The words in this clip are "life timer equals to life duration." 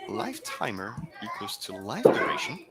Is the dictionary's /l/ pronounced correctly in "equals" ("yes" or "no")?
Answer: no